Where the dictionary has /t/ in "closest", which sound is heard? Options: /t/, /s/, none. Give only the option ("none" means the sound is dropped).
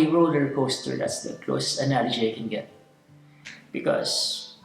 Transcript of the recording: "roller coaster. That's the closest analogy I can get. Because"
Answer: none